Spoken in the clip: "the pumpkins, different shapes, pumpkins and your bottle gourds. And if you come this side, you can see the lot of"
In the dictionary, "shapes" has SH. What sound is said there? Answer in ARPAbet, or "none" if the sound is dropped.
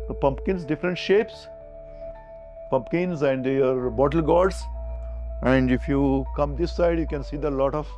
SH